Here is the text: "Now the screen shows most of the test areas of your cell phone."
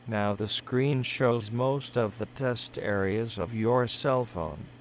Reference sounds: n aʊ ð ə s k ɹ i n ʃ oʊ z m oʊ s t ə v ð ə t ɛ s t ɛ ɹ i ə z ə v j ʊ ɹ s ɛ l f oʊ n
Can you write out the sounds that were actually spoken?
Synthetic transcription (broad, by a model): n aʊ ð ə s k ɹ i n ʃ oʊ z m oʊ s t ə v ð ə t ɛ s t ɛ ɹ i ə z ə v j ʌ ɹ s ɛ l f oʊ n